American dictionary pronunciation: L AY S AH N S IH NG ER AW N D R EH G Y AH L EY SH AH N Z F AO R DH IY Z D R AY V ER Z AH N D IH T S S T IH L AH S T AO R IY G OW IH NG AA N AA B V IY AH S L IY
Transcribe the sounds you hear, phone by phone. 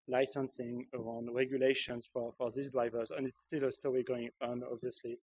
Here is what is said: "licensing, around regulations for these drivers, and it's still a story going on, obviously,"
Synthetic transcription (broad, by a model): L AY S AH N S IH NG ER AW N D R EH G Y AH L EY SH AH N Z F AO R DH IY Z D R AY V ER Z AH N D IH T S S T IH L AH S T AO R IY G OW IH NG AA N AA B V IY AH S L IY